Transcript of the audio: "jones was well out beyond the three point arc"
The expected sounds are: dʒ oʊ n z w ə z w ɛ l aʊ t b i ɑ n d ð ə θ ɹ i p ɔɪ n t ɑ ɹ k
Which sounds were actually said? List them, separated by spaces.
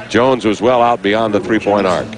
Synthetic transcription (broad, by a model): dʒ oʊ n z w ə z w ɛ l aʊ t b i ɑ n ð ə θ ɹ i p ɔɪ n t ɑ ɹ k